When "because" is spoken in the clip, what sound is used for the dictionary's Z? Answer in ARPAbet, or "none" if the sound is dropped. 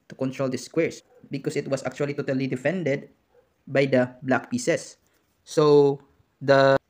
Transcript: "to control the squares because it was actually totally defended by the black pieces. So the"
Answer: S